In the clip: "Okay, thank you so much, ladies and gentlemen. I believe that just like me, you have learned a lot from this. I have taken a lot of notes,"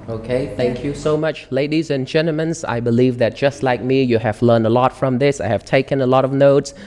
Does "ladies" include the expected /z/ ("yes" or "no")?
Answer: yes